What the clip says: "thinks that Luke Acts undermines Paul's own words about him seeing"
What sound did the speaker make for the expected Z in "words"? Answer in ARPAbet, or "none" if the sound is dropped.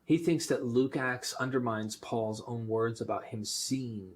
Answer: Z